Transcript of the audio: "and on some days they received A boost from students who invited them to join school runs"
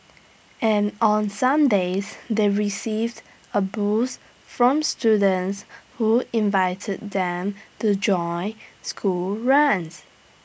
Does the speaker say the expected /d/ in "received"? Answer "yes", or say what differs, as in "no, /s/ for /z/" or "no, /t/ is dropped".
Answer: yes